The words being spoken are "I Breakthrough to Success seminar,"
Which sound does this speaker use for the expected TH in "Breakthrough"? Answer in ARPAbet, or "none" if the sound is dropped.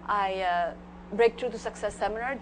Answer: T